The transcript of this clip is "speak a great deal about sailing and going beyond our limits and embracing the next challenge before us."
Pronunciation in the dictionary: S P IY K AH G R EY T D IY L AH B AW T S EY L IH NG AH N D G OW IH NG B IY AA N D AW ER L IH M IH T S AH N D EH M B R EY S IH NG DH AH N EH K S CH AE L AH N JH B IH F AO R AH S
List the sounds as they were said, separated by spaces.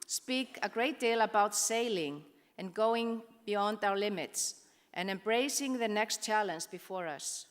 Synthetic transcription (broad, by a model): S P IY K AH G R EY T D IY L AH B AW T S EY L IH NG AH N G OW IH NG B IY AA N D AW ER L IH M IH T S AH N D EH M B R EY S IH NG DH AH N EH K S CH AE L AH N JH B IH F AO R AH S